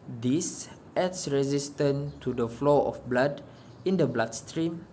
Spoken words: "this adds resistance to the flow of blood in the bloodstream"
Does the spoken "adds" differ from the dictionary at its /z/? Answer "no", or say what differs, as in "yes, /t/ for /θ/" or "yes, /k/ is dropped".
yes, /s/ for /z/